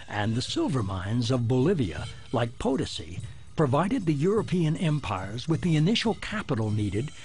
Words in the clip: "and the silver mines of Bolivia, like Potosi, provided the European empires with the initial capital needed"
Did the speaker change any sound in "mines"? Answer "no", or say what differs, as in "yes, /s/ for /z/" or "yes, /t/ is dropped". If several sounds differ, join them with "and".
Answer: no